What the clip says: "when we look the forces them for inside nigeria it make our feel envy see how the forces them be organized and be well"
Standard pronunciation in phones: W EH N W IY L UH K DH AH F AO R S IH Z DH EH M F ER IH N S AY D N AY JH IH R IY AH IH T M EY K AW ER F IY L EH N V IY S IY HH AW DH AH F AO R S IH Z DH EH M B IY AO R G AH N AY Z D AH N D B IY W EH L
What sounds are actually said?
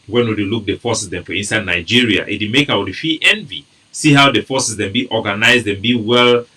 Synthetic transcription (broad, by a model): W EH N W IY L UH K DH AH F AO S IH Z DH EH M F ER IH N S AY D N AY JH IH R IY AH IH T M EY K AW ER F IY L EH N V IY S IY HH AW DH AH F AO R S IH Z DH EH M B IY AO G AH N AY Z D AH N B IY W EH L